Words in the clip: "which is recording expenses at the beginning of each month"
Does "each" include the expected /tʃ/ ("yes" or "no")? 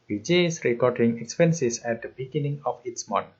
no